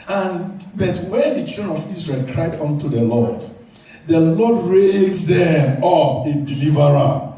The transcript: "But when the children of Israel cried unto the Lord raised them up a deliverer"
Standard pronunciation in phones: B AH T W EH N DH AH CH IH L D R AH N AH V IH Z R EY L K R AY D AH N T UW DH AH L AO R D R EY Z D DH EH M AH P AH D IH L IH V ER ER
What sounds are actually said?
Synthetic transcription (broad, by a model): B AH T W EH N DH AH CH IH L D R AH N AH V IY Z R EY L K R AY D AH N T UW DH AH L AO L D R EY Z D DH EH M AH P AH D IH L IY V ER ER